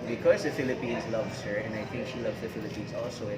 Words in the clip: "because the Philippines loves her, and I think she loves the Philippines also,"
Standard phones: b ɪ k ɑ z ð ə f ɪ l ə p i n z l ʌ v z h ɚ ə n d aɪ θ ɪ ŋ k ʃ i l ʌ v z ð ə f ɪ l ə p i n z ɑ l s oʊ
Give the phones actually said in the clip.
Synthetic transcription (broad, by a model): b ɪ k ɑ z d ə f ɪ l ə p i n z l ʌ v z h ɚ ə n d aɪ t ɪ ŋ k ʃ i l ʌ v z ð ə f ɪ l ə p i n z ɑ l s oʊ